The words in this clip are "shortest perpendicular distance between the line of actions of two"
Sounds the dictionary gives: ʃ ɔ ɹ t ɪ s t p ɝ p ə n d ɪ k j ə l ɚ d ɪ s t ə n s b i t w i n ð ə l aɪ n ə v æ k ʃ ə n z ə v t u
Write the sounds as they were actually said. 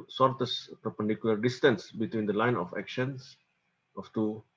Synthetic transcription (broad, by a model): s ɔ ɹ t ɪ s p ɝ p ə n d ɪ k j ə l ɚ d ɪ s t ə n s b i t w i n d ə l aɪ n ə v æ k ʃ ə n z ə f t u